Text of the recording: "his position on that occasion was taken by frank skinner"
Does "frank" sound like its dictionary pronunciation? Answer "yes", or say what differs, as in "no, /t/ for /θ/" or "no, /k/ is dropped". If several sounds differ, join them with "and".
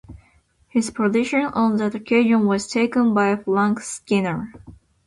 no, /l/ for /ɹ/